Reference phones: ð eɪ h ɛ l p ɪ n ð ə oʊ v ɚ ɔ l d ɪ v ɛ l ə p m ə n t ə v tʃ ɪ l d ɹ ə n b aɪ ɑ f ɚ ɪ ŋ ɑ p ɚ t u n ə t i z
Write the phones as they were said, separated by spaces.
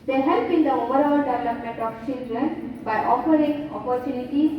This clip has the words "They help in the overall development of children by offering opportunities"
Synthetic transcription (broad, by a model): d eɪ h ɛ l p ɪ n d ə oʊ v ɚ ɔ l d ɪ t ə m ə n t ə f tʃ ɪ l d ɹ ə n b aɪ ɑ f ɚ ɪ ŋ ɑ p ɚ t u n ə t i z